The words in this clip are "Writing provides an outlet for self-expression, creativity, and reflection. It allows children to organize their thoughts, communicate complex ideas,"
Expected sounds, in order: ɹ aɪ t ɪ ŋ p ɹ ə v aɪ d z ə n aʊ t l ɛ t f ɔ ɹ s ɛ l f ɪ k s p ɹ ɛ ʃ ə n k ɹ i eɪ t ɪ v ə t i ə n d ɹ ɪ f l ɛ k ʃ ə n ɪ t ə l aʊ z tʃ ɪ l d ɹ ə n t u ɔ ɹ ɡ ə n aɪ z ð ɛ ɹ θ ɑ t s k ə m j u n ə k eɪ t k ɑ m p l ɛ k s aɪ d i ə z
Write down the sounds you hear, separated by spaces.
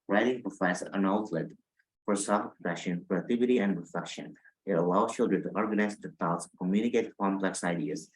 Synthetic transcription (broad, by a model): ɹ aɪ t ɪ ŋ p ɹ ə f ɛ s ə n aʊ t l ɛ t f ɔ ɹ s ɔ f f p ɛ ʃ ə n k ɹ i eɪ t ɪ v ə t i ə n d ɹ ɪ f l ɛ k ʃ ə n ɪ t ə l aʊ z tʃ ɪ l d ɹ ə n t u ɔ ɹ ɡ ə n aɪ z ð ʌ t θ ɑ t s k ə m j u n ə k eɪ t k ɑ m p l ɛ k s aɪ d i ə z